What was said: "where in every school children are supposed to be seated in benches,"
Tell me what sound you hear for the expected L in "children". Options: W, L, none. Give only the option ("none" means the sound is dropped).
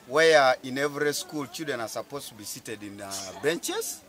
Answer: none